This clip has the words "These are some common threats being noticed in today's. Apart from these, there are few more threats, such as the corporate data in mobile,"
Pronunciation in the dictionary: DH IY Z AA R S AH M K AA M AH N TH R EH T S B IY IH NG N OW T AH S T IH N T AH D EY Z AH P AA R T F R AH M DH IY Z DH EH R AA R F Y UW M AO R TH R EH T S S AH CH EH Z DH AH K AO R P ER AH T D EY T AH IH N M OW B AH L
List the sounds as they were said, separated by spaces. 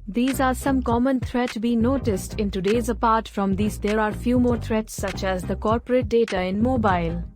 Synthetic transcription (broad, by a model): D IY Z AA R S AH M K AA M AH N T R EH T B IY N OW T AH S T IH N T AH D EY Z AH P AA R T F R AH M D IY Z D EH R AA R F Y UW M AO R T R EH T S S AH CH EH Z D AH K AO R P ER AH T D EY T AH IH N M OW B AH L